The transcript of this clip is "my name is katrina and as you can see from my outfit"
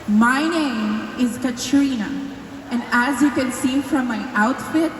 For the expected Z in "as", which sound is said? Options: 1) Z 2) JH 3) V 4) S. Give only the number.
1